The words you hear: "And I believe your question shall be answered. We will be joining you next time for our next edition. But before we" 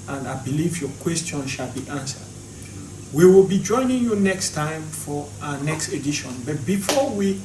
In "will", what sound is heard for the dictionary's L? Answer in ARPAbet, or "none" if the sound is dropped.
L